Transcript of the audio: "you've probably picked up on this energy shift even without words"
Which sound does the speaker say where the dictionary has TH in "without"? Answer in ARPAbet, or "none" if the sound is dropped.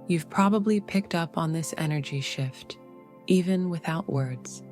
TH